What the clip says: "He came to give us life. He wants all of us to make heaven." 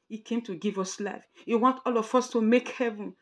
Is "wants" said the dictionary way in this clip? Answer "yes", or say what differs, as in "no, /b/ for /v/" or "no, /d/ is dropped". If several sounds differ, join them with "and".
no, /s/ is dropped